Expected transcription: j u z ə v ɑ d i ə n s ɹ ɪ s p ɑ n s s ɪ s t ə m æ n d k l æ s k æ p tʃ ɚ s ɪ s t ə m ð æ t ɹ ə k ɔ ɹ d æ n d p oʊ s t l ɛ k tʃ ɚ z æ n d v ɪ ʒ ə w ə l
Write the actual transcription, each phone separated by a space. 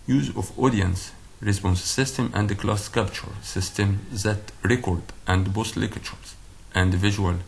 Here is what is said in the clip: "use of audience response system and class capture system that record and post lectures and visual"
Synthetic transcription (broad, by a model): j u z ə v ɑ d i ə n s ɹ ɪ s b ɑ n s s ɪ s t ə m æ n d k l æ s k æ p tʃ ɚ s ɪ s t ə m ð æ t ɹ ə k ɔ ɹ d æ n d b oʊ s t l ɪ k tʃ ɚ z æ n d v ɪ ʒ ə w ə l